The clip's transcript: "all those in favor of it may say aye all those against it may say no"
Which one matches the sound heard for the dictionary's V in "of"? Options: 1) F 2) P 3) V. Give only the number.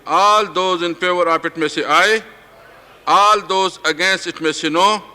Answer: 2